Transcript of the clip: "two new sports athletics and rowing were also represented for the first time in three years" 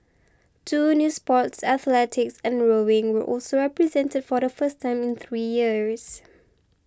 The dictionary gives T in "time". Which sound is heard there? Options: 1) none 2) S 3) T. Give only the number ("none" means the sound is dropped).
3